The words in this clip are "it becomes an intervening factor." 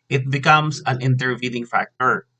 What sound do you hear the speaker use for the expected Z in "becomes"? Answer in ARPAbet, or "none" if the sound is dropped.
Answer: S